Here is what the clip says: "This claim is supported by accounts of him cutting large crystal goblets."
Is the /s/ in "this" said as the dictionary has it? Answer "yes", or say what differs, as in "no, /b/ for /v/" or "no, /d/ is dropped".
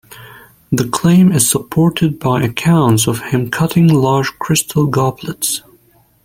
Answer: no, /s/ is dropped